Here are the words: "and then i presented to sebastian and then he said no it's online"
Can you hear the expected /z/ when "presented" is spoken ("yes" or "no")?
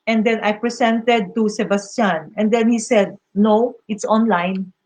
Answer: no